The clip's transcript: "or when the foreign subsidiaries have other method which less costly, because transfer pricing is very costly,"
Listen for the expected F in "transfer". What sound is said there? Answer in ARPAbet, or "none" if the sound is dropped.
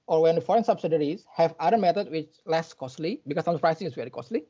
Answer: none